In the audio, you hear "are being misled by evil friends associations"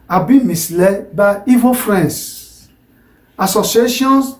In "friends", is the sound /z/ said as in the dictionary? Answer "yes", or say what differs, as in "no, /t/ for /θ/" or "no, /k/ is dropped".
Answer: no, /s/ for /z/